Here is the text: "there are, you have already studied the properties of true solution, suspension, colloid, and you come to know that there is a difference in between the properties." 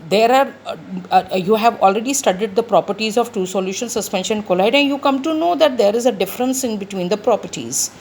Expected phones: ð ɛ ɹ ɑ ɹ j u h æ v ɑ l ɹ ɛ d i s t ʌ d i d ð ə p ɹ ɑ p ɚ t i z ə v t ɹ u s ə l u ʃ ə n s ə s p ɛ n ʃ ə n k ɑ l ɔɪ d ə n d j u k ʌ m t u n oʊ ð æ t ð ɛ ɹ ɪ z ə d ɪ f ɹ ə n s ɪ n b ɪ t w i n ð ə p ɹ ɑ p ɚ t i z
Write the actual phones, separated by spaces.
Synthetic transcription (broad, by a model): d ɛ ɹ ɑ ɹ j u h æ v ɑ l ɹ ɛ d i s t ʌ d i d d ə p ɹ ɑ p ɚ t i z ə v t u s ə l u ʃ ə n s ə s p ɛ n ʃ ə n k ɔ l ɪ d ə n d j u k ʌ m t u n oʊ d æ t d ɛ ɹ ɪ z ə d ɪ f ɹ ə n s ɪ n b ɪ t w i n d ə p ɹ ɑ p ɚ t i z